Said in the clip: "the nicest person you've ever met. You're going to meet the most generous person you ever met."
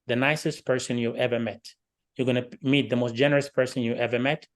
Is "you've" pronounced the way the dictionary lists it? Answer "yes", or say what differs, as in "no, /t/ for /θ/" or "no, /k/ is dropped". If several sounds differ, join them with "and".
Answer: no, /v/ is dropped